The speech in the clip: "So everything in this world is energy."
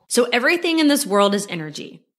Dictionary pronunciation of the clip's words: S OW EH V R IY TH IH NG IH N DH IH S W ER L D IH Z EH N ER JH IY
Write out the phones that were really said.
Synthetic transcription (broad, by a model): S OW EH V R IY TH IH NG IH N DH IH S W ER L D IH Z EH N ER JH IY